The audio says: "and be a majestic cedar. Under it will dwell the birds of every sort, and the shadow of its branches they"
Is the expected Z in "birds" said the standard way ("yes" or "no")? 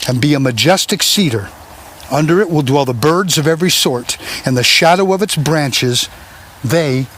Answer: yes